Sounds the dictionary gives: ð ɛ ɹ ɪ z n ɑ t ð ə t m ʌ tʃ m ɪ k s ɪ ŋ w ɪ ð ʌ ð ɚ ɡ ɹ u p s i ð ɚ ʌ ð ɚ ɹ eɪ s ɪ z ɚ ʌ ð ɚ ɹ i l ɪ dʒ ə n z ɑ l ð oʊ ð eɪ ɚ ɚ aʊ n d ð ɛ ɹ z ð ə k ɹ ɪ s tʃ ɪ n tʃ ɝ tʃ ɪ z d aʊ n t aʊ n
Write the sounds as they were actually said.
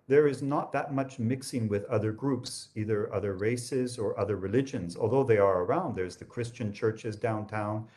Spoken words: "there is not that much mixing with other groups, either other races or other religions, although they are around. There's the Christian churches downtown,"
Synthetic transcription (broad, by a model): ð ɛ ɹ ɪ z n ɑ t ð ə t m ʌ tʃ m ɪ k s ɪ ŋ w ɪ ð ʌ ð ɚ ɡ ɹ u p s i ð ɚ ʌ ð ɚ ɹ eɪ s ɪ z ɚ ʌ ð ɚ ɹ i l ɪ dʒ ə n z ɑ l ð oʊ ð eɪ ɚ ɚ aʊ n d ð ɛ ɹ z ð ə k ɹ ɪ s tʃ ɪ n tʃ ɝ tʃ ɪ z d aʊ n t aʊ n